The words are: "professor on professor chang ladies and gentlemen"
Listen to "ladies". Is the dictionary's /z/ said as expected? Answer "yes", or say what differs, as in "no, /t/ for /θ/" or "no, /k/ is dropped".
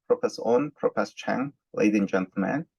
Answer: no, /z/ is dropped